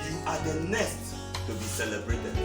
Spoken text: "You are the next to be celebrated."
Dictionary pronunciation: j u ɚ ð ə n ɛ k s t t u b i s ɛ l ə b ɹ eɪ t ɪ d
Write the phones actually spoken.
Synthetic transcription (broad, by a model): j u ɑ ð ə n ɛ s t t u b i s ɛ l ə b ɹ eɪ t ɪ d